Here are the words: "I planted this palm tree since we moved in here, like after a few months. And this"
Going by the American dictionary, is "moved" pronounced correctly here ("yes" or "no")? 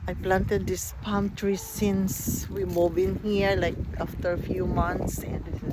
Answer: no